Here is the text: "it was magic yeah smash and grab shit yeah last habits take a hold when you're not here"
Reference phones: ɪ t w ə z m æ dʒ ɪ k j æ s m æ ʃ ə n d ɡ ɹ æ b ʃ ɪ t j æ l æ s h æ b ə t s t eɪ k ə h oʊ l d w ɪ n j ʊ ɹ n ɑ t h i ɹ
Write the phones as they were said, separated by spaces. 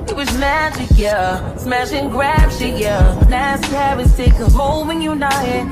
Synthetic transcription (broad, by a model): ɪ t w ə z m æ dʒ ɪ k j æ s m æ ʃ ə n ɡ ɹ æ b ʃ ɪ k j æ n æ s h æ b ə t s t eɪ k ə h oʊ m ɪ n j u n ɑ t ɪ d